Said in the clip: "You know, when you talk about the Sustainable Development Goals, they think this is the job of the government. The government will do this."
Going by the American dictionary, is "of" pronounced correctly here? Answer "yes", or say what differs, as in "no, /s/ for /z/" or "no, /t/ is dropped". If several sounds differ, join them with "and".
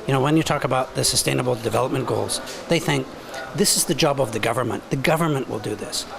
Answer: yes